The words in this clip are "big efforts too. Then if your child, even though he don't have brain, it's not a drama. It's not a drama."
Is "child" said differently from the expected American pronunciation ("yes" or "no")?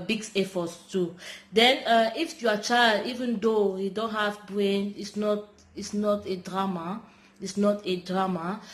no